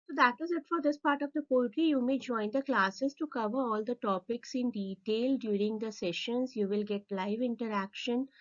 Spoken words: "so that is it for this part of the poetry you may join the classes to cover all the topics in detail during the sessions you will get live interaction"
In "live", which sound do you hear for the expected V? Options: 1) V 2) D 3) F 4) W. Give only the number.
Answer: 1